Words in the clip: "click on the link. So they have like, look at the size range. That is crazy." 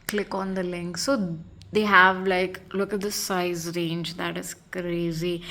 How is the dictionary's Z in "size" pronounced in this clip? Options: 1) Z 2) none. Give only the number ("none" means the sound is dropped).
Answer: 1